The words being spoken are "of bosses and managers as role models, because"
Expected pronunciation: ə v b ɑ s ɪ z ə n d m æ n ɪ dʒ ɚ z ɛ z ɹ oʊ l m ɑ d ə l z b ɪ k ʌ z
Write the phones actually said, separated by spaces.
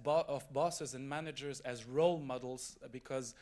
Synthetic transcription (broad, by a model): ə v b ɑ s ɪ z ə n m æ n ɪ dʒ ɚ z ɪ z ɹ oʊ l m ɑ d l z b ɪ k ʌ z